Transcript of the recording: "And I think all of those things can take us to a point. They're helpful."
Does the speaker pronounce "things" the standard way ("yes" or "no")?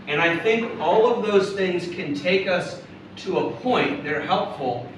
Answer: yes